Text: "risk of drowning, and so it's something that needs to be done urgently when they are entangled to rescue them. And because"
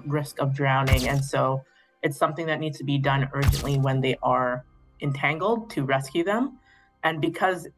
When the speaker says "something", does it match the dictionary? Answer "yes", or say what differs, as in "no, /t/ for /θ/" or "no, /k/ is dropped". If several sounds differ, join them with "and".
yes